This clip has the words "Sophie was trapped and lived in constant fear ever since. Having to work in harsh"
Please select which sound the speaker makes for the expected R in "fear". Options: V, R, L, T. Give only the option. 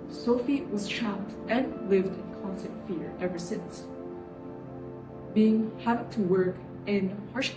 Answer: R